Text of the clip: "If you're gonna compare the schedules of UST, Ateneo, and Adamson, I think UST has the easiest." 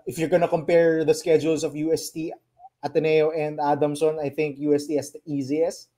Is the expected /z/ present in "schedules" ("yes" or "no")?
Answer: no